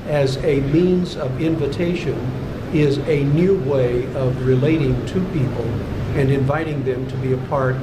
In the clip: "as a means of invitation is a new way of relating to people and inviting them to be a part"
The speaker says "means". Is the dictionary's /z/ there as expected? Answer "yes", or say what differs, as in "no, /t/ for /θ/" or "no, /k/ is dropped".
yes